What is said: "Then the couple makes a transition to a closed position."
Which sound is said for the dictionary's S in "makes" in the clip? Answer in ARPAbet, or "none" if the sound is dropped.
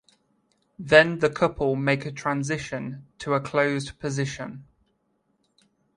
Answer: none